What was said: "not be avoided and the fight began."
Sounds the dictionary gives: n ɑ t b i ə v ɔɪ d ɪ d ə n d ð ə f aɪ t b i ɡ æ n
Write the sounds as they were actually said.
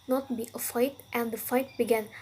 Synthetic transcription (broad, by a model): n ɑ t b i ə f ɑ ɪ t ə n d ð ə f aɪ t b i ɡ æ n